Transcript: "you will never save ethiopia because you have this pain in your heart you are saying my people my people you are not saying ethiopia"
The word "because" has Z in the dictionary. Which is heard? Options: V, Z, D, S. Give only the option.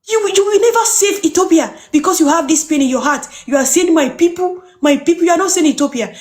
S